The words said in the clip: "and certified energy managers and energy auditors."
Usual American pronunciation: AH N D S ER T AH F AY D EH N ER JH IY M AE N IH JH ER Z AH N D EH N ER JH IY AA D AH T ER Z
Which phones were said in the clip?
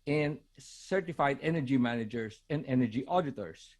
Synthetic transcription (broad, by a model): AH N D S ER T AH F AY D EH N ER JH IY M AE N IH JH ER S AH N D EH N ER JH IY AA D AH T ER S